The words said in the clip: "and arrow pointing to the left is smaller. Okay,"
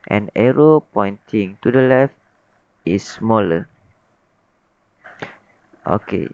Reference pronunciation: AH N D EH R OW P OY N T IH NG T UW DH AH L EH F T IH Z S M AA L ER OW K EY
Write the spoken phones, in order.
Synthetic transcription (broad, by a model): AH N EH R OW P OY N T IH NG T UW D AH L EH F T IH S M AA L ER OW K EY